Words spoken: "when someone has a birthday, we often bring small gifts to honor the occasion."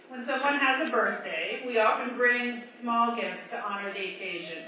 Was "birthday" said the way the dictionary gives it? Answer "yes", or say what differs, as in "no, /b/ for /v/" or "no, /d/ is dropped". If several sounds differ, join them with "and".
yes